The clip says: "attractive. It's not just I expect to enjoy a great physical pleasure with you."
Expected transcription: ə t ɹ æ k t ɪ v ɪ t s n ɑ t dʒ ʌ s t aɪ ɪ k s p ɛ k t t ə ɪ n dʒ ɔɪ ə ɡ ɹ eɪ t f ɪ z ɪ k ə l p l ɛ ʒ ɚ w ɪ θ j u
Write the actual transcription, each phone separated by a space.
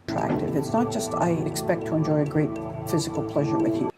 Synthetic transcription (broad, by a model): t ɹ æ k t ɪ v ɪ t s n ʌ t dʒ ʌ s t aɪ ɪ k s p ɛ k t t ə ɪ n dʒ ɔɪ ə ɡ ɹ eɪ t f ɪ z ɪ k l p l ɛ ʒ ɚ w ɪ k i